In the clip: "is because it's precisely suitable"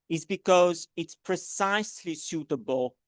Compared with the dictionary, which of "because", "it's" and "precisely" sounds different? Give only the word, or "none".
none